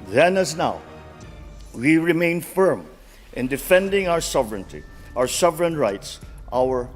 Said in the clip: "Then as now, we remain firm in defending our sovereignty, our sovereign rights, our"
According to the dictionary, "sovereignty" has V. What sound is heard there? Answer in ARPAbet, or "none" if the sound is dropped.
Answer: V